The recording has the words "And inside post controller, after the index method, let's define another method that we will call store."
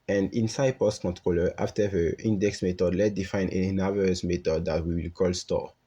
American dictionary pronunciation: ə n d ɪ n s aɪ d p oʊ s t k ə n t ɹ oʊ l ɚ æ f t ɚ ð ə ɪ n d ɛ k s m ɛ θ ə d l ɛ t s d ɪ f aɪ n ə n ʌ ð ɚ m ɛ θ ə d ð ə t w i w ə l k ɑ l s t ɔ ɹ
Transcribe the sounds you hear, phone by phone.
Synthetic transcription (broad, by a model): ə n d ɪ n s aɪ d p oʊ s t k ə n t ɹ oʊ l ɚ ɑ f t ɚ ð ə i n d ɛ k s m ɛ t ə d l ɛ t d ɪ f aɪ n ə n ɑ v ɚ m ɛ t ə d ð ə t w i w ə l k ɑ l s t ɔ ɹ